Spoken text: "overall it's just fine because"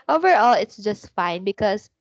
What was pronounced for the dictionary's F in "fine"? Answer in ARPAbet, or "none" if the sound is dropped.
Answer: F